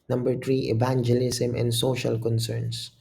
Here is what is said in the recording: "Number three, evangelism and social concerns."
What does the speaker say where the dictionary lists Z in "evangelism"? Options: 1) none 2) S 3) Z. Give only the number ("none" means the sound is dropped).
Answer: 2